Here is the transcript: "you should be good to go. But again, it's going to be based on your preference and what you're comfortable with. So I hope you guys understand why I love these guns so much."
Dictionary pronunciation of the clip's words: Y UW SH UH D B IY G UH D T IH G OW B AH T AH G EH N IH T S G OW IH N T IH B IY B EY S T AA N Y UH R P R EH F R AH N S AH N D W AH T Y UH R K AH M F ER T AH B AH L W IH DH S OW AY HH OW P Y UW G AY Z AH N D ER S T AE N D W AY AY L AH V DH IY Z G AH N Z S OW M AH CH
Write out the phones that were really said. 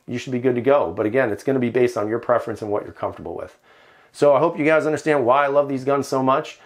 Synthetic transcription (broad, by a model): Y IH SH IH D B IY G UH D T IH G OW B AH T AH G EH N IH T S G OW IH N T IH B IY B EY S T N Y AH R P R EH F R AH N S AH N W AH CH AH R K AH M F T AH B L W IH DH S OW AY HH OW P Y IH G AY Z AH N D ER S T AE N D W AY AY L AH V DH IY Z G AH N Z S OW M AH CH